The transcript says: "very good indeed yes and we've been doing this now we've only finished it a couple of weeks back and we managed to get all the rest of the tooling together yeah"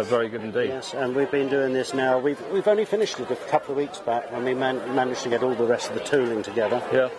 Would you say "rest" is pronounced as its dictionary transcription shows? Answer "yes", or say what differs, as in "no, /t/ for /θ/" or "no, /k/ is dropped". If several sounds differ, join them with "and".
yes